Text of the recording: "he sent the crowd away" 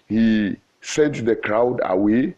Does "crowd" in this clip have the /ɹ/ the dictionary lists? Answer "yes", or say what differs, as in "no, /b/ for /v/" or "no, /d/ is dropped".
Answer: yes